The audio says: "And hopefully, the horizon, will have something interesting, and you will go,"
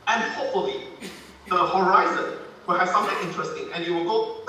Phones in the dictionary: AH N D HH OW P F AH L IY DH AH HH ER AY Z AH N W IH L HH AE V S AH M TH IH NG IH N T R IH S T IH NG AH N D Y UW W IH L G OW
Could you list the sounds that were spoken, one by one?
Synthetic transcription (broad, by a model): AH N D HH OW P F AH L IY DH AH HH ER AY Z AH N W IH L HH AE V S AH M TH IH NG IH N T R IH S T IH NG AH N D Y UW W IH L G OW